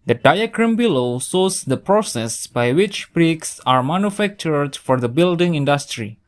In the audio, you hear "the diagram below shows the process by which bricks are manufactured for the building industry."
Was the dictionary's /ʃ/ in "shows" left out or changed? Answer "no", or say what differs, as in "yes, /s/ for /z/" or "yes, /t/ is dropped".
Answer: yes, /s/ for /ʃ/